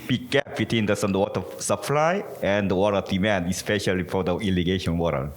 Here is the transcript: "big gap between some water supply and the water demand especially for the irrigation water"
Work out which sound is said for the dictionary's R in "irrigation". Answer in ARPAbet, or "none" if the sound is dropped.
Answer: L